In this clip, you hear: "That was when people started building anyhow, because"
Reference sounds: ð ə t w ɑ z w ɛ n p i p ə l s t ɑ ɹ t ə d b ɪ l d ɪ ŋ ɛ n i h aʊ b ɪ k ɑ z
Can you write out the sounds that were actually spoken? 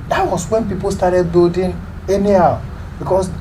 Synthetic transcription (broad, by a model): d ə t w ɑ s w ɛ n p i p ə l s t ɑ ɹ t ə d b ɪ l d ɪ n ɛ n i h aʊ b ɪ k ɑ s